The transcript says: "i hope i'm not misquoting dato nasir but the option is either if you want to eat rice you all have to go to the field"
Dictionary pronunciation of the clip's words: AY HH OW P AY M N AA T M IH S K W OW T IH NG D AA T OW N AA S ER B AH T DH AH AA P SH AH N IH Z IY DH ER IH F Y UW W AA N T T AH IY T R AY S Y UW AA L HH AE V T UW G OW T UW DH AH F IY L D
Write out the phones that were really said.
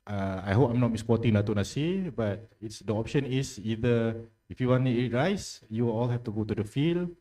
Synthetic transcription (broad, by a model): AY HH OW P AY M N AA T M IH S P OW T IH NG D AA T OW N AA S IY B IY T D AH AA P SH AH N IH S IY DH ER IH F Y UW W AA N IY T IY T R AY S Y UW AA L HH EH F T UW G OW T UW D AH F IY L